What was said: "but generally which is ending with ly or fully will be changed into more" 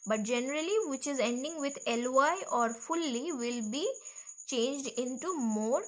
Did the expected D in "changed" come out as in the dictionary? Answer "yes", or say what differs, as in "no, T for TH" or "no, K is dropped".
yes